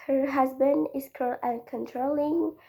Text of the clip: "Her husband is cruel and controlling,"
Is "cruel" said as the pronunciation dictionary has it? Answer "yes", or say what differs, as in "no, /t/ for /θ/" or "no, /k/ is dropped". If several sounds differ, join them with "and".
no, /ɹ/ is dropped